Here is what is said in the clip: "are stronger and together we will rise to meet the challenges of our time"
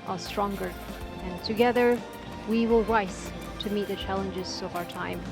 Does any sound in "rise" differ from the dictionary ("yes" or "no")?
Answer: yes